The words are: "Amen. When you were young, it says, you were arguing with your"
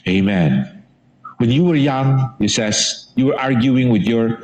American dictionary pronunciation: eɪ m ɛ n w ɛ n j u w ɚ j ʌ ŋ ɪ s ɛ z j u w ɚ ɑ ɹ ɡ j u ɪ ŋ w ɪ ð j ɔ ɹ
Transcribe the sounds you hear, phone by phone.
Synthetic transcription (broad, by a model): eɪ m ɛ n w ɛ n j u w ɚ j ʌ ŋ ɪ s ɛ s j u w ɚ ɑ ɹ ɡ j u ɪ ŋ w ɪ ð j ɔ ɹ